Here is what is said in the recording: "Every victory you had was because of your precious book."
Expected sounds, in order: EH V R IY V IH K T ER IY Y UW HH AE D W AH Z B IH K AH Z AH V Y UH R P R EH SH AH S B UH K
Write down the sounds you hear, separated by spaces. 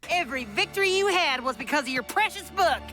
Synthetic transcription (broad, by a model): EH V R IY V IH K T ER IY Y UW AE D W AH Z B IH K AH Z AH V Y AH R P R EH SH AH S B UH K